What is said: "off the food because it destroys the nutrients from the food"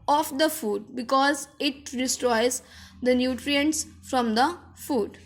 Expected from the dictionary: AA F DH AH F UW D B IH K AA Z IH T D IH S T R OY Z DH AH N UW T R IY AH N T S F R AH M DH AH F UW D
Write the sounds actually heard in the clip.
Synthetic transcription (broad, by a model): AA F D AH F UW D B IH K AA Z IH T D IH S T R OY Z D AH N UW T R IY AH N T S F R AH M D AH F UW D